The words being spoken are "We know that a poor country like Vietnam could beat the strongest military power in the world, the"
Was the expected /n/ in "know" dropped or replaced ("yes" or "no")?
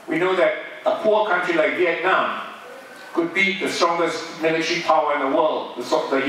no